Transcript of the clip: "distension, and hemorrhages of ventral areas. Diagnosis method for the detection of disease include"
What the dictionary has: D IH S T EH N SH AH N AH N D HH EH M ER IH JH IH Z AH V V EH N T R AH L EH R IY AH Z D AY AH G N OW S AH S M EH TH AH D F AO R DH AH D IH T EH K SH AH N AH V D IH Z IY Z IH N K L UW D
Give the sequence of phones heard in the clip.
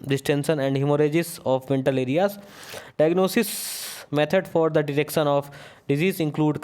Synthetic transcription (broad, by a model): D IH S T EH N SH AH N AH N D HH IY M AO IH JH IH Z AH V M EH N T AH L EH R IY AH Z D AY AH G N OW S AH S M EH T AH D F AO R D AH D IH T EH K SH AH N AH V D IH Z IY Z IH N K L UW D